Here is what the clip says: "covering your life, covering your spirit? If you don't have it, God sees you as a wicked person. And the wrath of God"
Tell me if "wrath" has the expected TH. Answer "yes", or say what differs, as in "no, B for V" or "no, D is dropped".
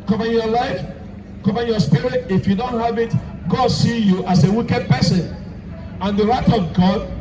no, T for TH